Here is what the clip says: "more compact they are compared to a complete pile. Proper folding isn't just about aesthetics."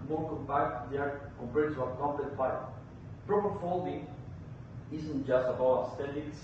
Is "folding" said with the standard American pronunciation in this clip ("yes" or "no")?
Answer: yes